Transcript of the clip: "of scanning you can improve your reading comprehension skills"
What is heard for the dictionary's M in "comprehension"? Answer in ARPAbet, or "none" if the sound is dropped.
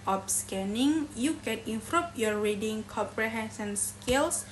none